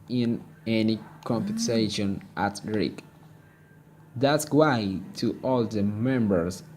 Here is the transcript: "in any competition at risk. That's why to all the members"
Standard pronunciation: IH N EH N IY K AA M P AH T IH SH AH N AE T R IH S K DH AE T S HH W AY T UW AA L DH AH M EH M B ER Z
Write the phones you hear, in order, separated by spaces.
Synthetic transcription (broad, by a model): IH N EH N IY K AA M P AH S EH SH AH N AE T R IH K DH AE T S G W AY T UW AA L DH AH M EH M B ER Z